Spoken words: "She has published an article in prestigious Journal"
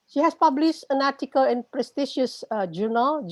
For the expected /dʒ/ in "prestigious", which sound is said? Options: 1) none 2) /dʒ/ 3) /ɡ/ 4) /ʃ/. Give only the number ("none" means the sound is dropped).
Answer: 4